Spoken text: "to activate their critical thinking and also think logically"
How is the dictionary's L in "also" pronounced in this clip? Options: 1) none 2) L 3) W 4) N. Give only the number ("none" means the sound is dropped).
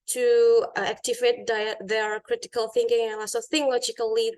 1